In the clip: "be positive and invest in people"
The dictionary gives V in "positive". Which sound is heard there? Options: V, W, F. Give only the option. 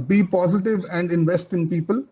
V